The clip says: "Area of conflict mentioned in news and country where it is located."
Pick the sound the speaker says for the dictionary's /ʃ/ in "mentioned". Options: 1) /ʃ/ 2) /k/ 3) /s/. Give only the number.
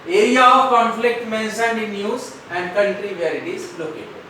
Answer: 3